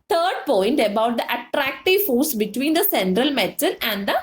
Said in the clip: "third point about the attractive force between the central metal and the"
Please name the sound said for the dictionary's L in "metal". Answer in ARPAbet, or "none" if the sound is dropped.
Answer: N